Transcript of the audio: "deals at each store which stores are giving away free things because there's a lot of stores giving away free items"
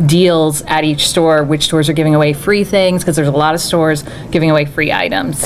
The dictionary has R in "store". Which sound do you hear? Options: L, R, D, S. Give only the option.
R